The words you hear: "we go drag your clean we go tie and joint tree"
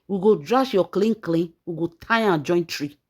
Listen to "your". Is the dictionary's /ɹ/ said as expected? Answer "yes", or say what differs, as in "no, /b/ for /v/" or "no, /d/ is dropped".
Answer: no, /l/ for /ɹ/